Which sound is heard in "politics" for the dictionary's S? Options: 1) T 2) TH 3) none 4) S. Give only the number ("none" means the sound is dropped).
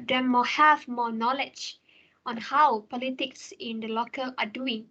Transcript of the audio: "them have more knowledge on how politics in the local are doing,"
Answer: 4